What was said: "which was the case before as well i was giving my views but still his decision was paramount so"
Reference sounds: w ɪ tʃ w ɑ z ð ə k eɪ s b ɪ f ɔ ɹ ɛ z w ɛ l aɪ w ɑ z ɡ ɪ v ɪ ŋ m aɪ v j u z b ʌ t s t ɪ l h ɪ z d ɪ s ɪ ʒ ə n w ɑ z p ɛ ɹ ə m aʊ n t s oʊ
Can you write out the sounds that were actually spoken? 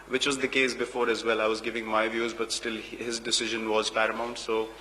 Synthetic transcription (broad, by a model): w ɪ tʃ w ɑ z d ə k eɪ s b ɪ f ɔ ɹ ɛ z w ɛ l aɪ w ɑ z ɡ ɪ v ɪ ŋ m aɪ v j u z b ʌ t s t ɪ l h ɪ z d ɪ s ɪ ʒ ə n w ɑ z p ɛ ɹ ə m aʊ n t s oʊ